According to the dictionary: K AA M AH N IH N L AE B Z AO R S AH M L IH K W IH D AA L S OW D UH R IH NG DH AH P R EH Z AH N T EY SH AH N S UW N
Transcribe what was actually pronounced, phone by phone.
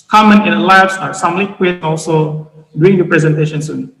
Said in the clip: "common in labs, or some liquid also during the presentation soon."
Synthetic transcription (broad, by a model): K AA M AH N IH N L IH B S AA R S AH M L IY K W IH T AA L S OW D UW IH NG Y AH P R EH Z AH N T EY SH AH N S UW N